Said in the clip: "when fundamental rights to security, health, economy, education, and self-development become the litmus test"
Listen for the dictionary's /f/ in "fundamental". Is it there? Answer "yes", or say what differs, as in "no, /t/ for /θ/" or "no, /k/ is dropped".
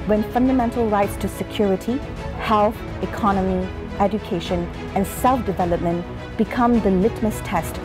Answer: yes